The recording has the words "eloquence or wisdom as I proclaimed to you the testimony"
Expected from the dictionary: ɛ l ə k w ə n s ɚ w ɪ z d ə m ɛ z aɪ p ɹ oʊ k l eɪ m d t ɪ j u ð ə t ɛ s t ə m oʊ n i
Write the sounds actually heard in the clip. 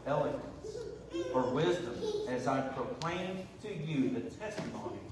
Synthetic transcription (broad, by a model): ɛ l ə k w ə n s ɚ w ɪ z d ə m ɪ z aɪ p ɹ oʊ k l eɪ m t ɪ j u ð ə t ɛ s t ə m oʊ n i